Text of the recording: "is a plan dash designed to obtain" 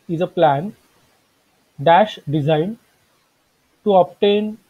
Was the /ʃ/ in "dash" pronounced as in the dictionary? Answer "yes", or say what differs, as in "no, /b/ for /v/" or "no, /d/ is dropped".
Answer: yes